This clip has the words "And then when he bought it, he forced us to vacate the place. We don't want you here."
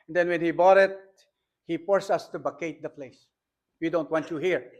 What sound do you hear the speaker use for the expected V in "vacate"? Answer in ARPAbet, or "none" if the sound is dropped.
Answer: B